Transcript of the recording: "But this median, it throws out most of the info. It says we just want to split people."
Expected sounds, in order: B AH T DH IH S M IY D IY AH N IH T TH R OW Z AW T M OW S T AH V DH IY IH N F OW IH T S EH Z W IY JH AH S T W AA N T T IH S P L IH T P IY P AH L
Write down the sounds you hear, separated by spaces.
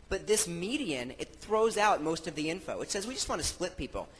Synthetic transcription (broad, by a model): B AH T DH IH S M IY D IY AH N IH T TH R OW Z AW T M OW S T AH V DH IY IH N F OW IH T S EH Z W IY JH AH S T W AA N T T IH S P L IH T P IY P L